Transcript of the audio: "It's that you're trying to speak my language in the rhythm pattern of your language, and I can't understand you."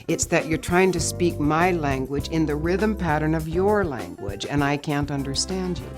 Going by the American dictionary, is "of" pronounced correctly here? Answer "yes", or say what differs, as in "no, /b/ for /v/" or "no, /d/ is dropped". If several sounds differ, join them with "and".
yes